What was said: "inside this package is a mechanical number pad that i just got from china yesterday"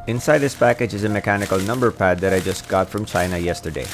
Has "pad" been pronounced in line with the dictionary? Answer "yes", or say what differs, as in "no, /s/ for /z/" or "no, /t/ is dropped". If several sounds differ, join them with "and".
yes